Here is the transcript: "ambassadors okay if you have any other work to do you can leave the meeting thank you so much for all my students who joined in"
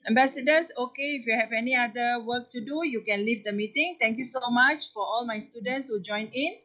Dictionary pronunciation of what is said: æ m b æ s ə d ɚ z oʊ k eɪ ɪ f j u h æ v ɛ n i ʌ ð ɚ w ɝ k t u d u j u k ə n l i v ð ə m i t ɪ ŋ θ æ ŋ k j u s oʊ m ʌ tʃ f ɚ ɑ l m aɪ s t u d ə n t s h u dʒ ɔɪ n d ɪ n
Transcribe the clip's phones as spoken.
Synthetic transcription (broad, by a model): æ m b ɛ s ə d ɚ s oʊ k eɪ ɪ f j u h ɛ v ɛ n i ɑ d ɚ w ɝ k t u d u j u k ə n l i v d ə m i t ɪ ŋ t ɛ ŋ k j u s oʊ m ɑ tʃ f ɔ ɑ l m aɪ s t u d ə n t s h u dʒ ɔɪ n ɪ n